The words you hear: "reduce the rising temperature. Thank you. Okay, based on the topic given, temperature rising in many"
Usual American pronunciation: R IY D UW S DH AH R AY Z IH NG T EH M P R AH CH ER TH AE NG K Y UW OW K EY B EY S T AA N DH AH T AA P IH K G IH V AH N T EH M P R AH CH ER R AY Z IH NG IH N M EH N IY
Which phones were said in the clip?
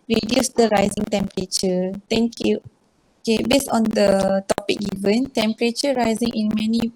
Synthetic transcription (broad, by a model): R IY D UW S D AH R AY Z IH NG T EH M P R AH CH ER T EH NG K Y UW OW K EY B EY S AA N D AH T AA P IH K G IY V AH N T EH M P R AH CH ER R AY Z IH NG IH N M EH N IY